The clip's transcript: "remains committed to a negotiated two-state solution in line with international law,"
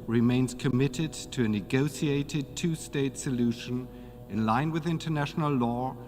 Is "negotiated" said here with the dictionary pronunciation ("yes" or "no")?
no